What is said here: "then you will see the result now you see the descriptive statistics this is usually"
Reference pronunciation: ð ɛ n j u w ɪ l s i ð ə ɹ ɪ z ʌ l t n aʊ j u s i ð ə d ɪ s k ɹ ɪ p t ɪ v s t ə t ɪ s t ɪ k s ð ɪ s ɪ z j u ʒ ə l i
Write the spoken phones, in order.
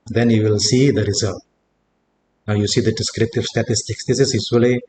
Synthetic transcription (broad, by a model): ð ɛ n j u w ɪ l s i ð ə ɹ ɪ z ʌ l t n aʊ j u s i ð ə d ɪ s k ɹ ɪ p t ɪ v s t ə t ɪ s t ɪ k s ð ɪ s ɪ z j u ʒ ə l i